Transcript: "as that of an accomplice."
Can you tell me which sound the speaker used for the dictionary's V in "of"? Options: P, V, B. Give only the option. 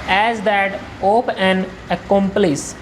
P